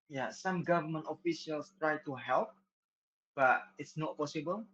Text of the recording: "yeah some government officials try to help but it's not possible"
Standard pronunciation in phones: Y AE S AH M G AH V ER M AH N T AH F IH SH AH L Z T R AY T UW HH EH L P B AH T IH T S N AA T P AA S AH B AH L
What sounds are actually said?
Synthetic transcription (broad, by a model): Y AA S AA M G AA V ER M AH N T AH F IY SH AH L S T R AY T UW HH EH L P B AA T IH T S N AA T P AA S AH B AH L